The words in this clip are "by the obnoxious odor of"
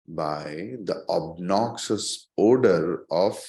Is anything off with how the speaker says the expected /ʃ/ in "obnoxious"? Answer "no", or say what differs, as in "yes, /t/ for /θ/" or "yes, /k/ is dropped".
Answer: yes, /s/ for /ʃ/